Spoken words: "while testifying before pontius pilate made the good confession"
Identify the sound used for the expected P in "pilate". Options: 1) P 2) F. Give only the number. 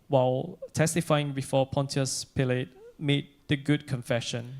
1